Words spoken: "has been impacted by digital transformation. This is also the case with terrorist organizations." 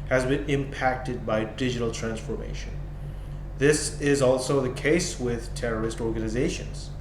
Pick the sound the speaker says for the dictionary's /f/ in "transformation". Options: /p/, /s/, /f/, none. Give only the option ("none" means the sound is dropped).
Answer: /f/